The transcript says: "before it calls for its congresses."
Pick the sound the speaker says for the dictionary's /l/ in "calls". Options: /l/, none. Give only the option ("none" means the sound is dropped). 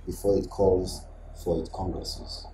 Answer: /l/